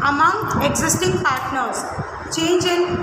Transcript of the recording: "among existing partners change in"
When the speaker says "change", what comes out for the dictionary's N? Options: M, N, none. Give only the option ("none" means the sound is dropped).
N